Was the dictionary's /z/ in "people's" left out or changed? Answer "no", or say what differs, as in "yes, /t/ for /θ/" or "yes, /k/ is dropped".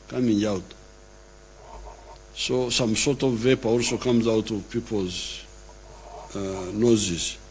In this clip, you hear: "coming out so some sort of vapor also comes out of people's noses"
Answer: no